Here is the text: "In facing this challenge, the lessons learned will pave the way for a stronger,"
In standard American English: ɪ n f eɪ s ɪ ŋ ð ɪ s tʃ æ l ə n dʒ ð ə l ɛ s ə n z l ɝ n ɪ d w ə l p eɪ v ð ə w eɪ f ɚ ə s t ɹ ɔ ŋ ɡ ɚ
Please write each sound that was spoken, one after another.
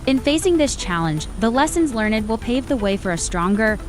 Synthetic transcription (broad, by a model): ɪ n f eɪ s ɪ ŋ ð ɪ s tʃ æ l ə n dʒ ð ə l ɛ s ə n z l ɝ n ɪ d w ə l p eɪ v ð ə w eɪ f ɚ ə s t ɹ ɔ ŋ ɡ ɚ